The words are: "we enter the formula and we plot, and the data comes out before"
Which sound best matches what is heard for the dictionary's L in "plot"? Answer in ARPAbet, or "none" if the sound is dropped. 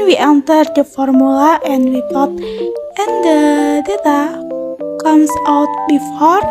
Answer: none